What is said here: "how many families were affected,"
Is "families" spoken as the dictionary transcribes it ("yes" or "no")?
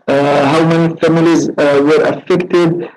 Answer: yes